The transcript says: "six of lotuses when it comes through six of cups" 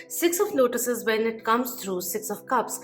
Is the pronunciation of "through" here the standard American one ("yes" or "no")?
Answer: no